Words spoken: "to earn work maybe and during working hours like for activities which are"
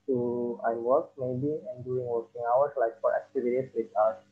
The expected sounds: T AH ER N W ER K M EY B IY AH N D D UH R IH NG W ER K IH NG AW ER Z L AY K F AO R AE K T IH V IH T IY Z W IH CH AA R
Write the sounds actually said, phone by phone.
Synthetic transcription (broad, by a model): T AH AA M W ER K M EY B IY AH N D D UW IH NG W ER K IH NG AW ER S L AY K F AO R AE K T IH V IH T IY S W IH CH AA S